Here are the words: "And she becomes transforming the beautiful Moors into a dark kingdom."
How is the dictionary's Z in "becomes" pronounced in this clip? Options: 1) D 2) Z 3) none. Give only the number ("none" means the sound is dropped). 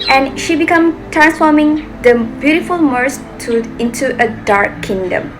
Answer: 3